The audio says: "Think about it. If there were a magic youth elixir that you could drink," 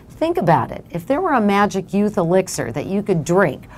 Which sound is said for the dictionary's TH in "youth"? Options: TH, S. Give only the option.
TH